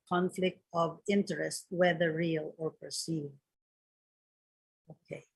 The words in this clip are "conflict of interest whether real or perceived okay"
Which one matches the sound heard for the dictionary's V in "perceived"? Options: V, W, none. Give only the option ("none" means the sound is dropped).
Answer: none